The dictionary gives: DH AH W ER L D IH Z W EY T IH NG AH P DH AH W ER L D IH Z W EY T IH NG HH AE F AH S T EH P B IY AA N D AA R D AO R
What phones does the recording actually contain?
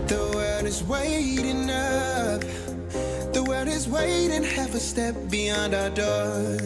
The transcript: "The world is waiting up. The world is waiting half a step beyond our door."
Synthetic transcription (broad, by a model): DH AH W ER D IH Z W EY T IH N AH F DH AH W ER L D IH Z W EY T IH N HH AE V AH S T EH P B IY AA N D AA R D AO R